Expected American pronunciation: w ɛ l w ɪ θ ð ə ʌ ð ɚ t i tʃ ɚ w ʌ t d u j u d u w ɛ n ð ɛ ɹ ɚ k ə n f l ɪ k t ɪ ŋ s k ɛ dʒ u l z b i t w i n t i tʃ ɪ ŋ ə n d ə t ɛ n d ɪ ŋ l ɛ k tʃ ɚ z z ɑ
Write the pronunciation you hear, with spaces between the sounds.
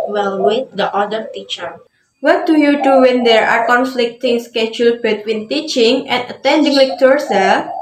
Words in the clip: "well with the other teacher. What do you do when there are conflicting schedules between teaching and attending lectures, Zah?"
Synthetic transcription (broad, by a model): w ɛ l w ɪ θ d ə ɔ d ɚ t i tʃ ɚ w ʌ t d u j u d u w ɛ n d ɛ ɹ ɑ k ə n f l ɪ k t ɪ ŋ s k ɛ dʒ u l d b i t w i n t i tʃ ɪ ŋ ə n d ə t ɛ n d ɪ ŋ l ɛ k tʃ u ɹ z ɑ